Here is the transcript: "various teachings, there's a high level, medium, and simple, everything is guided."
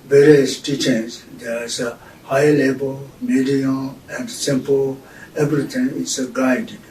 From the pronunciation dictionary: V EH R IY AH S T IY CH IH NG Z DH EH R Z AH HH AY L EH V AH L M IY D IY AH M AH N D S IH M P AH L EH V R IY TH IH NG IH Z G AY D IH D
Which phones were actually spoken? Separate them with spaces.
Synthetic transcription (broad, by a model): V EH R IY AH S T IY CH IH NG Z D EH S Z AH HH AY L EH B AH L M IY D IY AH M AH N D S IH M P AH L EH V R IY T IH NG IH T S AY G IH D